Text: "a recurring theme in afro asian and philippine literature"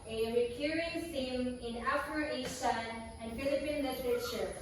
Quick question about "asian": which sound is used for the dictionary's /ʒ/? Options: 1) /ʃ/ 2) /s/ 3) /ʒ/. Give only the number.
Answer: 2